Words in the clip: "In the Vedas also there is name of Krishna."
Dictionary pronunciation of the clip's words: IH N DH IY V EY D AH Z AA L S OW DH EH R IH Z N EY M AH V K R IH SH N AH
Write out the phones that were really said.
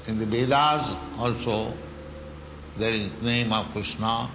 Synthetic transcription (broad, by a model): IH N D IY B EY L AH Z AA L S OW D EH R IH Z N EY M AH V K R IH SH N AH